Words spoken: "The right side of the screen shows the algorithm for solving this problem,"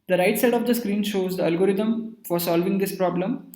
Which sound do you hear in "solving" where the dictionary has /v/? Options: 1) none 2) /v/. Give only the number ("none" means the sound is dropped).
2